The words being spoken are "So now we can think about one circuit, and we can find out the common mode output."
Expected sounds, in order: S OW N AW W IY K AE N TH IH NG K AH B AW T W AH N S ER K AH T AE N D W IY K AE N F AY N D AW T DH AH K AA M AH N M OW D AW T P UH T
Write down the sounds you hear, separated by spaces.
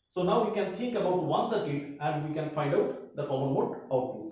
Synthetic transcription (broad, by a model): S OW N AW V IY K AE N T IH NG K AH B AW T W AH N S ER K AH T AE N D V IY K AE N F AY N D AW T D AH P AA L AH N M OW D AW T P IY